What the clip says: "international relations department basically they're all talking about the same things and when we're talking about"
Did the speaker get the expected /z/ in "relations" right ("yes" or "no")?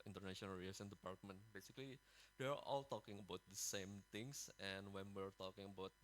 no